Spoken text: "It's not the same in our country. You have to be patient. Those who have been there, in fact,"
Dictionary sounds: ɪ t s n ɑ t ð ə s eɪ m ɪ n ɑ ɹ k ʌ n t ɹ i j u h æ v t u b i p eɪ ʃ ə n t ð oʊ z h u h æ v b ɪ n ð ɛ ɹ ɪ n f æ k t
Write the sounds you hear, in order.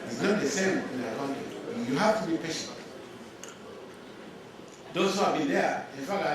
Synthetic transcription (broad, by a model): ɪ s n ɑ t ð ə s eɪ m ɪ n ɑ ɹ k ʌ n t i j u h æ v t u b i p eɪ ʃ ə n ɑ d oʊ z h u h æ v b ɪ n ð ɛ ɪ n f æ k